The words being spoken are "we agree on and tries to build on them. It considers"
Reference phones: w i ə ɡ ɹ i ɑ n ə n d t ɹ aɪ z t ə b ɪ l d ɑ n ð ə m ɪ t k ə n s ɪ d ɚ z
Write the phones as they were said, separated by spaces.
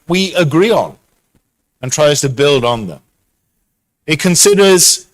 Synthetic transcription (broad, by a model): w i ə ɡ ɹ i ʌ n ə n t ɹ aɪ z t ə b ɪ l d n ð ə m ɪ t k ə n s ɪ d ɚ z